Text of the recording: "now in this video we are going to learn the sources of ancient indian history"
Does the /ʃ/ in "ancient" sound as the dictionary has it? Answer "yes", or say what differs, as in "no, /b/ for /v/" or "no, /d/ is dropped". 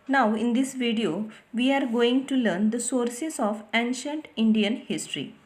yes